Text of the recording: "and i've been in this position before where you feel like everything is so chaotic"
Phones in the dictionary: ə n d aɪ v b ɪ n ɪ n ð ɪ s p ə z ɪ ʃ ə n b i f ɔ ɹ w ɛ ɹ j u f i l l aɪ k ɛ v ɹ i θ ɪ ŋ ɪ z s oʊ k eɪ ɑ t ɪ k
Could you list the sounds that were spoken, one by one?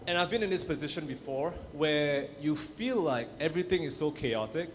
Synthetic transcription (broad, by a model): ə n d aɪ v b ɪ n ɪ n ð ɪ s p ə z ɪ ʃ ə n b i f ɔ ɹ w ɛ j u f i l l aɪ k ɛ v ɹ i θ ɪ ŋ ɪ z s oʊ k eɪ ɑ t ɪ k